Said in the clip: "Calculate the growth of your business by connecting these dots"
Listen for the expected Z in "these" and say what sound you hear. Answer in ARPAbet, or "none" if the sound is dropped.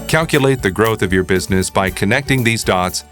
Z